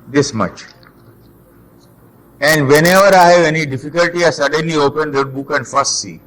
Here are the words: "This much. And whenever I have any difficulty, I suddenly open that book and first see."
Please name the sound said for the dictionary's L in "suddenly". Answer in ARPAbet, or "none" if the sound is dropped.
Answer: L